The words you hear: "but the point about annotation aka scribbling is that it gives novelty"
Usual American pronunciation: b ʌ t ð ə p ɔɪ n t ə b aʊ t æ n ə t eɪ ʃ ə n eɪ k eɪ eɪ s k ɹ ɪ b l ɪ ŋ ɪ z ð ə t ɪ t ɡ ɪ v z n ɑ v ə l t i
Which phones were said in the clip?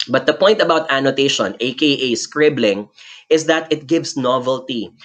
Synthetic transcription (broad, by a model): b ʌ t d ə p ɔɪ n t ə b aʊ t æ n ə t eɪ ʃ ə n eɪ k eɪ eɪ s k ɹ ɪ b l ɪ ŋ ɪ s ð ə t ɪ t ɡ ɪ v s n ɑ v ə l t i